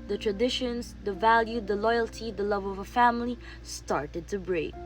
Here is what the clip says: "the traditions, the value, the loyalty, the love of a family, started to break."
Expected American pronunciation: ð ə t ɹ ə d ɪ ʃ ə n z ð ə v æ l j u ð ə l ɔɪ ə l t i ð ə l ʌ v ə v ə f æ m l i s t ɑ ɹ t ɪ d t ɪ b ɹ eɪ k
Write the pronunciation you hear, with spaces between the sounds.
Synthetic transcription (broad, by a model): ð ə t ɹ ə d ɪ ʃ ə n z ð ə v æ l j u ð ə l ɔɪ ə l t i ð ə l ʌ v ə v ə f æ m l i s t ɑ ɹ t ɪ d t ɪ b ɹ eɪ k